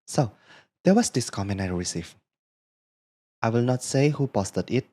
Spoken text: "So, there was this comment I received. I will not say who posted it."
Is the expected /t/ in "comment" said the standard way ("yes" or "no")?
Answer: no